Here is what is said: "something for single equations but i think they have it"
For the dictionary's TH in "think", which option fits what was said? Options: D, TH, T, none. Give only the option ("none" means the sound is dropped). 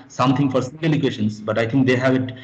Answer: T